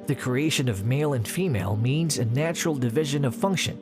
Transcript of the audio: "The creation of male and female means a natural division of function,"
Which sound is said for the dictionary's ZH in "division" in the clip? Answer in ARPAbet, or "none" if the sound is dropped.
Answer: ZH